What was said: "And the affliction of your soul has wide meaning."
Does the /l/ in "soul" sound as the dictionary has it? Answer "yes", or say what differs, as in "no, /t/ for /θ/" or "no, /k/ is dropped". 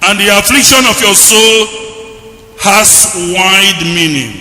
yes